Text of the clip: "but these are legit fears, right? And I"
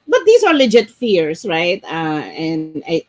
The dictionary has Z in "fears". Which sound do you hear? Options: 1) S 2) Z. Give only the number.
1